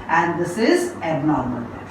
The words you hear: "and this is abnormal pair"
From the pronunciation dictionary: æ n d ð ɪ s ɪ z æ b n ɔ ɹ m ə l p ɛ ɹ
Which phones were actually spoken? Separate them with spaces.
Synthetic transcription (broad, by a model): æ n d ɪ s ɪ z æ n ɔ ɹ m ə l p